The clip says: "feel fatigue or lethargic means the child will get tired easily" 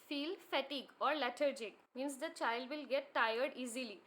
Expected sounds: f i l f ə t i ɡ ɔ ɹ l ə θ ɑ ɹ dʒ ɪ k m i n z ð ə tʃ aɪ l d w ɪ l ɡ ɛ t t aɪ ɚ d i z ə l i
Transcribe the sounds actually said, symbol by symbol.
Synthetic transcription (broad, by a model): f i l f ə t i ɡ ɔ ɹ l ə t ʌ ɹ dʒ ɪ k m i n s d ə tʃ aɪ l d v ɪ l ɡ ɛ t t aɪ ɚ d i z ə l i